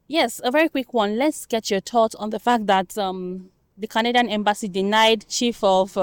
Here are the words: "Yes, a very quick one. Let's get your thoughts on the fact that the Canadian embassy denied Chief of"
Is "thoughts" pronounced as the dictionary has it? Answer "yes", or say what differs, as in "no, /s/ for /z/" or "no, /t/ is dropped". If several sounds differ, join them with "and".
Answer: no, /s/ is dropped